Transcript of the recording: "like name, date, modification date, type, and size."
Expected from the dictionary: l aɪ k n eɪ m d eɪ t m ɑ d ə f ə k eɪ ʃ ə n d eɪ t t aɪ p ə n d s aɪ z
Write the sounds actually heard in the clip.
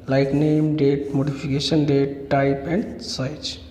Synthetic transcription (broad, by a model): l aɪ k n eɪ m d eɪ t m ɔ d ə p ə k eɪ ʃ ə n d eɪ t t aɪ p ə n d s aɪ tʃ